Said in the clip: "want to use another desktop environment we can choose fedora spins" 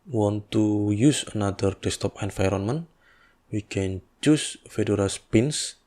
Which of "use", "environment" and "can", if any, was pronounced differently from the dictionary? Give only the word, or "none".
environment